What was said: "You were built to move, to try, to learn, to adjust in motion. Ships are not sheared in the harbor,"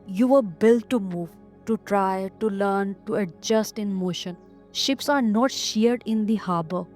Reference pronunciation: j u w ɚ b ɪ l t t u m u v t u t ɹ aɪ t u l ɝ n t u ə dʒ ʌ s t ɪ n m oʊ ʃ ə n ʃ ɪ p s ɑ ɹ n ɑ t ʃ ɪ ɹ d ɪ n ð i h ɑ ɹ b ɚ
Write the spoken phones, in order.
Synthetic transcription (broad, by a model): j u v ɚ b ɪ l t t u m u v t u t ɹ aɪ t u l ɝ n t u ə dʒ ʌ s t ɪ n m oʊ ʃ ə n ʃ ɪ p s ɑ ɹ n ɑ t ʃ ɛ ɹ d ɪ n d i h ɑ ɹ b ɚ